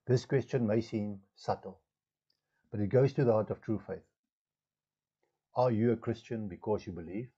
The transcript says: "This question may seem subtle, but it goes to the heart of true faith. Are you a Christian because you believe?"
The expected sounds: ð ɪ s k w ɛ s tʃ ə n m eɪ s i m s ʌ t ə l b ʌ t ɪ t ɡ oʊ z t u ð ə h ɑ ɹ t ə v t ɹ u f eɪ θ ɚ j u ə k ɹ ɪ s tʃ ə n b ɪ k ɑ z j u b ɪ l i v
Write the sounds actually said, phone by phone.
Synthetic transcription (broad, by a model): ð ɪ s k w ɛ s tʃ ə n m eɪ s i m s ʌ t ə l b ʌ t ɪ t ɡ oʊ z t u ð ə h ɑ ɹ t ə v t ɹ u f eɪ θ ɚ j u ə k ɹ ɪ s tʃ ə n b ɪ k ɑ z j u b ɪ l i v